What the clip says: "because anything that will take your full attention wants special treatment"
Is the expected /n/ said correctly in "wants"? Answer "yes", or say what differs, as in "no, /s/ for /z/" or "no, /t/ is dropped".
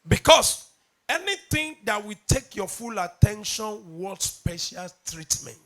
no, /n/ is dropped